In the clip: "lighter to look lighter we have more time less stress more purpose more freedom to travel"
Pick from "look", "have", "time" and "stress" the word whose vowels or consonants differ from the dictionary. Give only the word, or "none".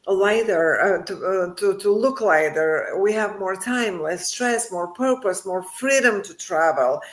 none